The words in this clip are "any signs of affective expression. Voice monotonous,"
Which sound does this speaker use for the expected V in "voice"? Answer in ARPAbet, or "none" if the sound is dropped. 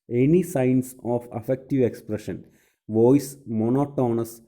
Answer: V